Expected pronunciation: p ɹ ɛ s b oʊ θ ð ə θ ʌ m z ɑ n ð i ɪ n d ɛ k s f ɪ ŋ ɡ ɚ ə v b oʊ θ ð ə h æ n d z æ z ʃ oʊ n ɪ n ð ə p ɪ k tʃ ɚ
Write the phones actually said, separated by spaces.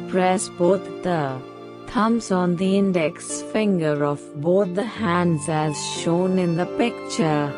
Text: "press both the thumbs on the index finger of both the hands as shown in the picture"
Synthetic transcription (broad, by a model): p ɹ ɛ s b oʊ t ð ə t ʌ m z ɑ n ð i ɪ n d ɛ k s f ɪ ŋ ɡ ɚ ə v b oʊ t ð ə h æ n d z æ z ʃ oʊ n ɪ n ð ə p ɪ k tʃ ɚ